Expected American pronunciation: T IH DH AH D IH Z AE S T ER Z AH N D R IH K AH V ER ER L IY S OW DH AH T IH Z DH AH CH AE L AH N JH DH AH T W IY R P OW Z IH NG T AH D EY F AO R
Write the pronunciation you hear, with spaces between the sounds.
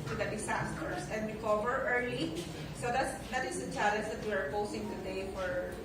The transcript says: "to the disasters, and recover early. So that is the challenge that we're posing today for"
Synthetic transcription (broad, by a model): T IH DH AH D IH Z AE S T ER S AH N D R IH K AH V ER ER L IY S OW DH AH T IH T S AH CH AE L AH N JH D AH T W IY R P OW S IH NG T AH D EY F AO R